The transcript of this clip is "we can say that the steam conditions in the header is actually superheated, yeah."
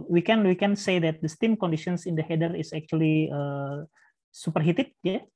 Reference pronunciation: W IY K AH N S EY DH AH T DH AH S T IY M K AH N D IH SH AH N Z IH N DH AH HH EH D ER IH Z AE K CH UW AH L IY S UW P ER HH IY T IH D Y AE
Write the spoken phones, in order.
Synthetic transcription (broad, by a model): W IY K AH N S EY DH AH T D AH S T IY M K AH N D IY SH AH N S IH N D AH HH EH D ER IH S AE K CH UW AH L IY S UW P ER HH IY T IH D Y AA